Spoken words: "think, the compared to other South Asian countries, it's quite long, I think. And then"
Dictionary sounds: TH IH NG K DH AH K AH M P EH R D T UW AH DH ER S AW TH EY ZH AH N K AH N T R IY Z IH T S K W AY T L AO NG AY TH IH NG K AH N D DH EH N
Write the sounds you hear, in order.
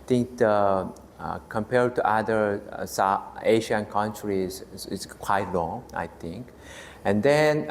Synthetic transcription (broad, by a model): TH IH NG K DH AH K AH M P EH R D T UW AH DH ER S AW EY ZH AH N K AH N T R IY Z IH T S K W AY T L AO NG AY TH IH NG K AH N D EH N